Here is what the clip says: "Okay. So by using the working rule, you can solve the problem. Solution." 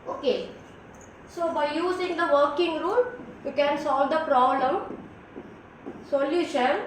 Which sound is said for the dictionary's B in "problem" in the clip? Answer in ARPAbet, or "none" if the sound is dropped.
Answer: B